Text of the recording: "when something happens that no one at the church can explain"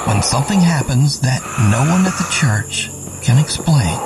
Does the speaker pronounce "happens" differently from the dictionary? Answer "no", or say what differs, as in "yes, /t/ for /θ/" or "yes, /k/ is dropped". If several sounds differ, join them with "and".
no